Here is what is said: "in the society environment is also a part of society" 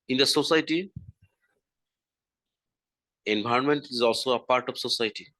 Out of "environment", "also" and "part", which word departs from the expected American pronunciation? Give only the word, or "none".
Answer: environment